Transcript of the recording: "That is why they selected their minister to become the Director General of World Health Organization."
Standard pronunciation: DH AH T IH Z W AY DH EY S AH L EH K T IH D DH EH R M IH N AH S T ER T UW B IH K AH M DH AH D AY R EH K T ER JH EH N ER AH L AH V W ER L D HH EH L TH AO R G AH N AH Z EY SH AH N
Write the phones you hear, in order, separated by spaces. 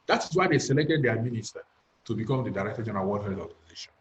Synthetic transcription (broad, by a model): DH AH T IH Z W AY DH EY S AH L EH K T IH D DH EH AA M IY N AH S T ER T UW B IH K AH M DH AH D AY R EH K T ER JH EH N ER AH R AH W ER D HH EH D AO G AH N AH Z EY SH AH N